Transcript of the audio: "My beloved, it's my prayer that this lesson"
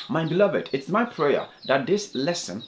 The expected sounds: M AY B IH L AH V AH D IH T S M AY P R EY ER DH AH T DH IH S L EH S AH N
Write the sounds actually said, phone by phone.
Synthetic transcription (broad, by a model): M AY B IH L AH V AH D IH T S M AY P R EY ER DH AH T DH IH S L EH S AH N